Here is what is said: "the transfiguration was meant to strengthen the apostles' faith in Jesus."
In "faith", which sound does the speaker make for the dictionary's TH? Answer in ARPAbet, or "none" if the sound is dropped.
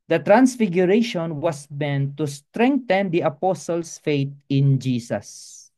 T